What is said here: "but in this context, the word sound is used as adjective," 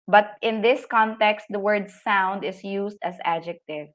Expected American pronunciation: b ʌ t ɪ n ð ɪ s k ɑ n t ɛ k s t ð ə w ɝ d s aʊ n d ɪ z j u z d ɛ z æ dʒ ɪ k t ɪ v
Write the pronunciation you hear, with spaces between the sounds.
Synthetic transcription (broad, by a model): b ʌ t ɪ n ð ɪ s k ɑ n t ɛ k s t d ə w ɝ d s aʊ n d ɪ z j u s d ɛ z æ dʒ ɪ k t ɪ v